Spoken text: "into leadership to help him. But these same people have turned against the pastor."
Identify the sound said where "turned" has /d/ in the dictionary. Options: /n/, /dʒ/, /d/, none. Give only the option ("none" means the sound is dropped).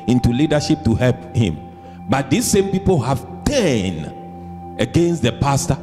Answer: none